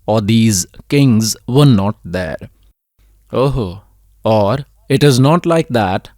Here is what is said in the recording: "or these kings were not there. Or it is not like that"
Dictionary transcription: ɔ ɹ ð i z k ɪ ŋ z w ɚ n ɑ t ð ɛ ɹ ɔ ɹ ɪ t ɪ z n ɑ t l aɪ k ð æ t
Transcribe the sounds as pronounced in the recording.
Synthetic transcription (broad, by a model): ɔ ɹ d i z k ɪ ŋ z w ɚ n ɑ t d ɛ ɹ ɔ ɹ ɪ t ɪ z n ɑ t l aɪ k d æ t